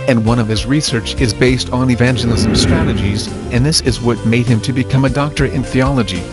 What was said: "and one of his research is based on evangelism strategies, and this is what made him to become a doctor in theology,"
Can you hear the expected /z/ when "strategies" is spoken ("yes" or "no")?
yes